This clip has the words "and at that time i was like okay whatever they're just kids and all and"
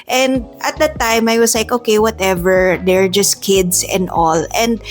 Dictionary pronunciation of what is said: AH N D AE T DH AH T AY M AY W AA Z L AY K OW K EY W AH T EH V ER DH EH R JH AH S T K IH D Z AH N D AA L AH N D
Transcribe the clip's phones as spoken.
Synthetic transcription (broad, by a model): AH N D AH T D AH T AY M AY W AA S L AY K OW K EY W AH T EH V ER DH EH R JH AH S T K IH D S AH N D AA L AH N D